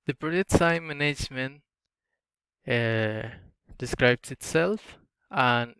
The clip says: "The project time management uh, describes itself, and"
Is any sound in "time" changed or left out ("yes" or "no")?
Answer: yes